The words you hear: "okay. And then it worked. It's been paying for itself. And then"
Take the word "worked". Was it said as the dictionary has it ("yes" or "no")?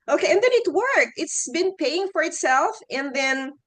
no